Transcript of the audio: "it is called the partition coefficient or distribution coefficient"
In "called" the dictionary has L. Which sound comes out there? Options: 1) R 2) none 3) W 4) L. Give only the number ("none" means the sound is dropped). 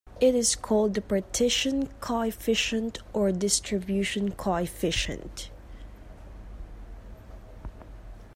4